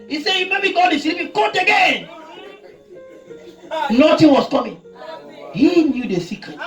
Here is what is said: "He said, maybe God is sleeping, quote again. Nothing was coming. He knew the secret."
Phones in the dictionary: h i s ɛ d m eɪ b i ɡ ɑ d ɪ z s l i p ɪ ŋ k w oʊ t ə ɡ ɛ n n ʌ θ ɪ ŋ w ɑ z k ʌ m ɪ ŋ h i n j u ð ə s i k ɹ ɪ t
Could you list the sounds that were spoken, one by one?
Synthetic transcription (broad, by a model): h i s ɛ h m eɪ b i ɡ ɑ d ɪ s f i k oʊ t ə ɡ ɛ n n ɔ t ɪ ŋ w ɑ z k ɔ m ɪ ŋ h i n j u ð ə s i k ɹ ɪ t